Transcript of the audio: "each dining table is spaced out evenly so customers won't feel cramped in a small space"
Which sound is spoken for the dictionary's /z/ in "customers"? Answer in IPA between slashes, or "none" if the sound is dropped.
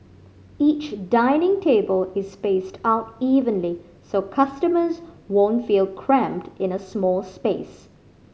/z/